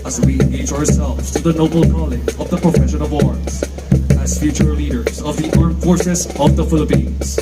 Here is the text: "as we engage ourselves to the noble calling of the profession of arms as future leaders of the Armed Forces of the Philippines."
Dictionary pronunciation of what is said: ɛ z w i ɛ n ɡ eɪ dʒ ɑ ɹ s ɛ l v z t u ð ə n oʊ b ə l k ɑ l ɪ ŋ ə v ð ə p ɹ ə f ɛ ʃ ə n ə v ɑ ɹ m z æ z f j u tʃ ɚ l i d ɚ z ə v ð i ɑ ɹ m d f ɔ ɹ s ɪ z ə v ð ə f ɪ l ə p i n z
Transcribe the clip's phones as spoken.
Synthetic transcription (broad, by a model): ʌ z w i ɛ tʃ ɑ ɑ ɹ s ɛ l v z t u ð ə n oʊ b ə l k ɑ l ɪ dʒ ə v ð ə p ɹ ə f ɛ ʃ ə n ə v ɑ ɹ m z æ z f j u tʃ ɚ l i d ɚ z ə v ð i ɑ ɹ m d f ɔ ɹ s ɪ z ə v ð ə f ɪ l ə p i n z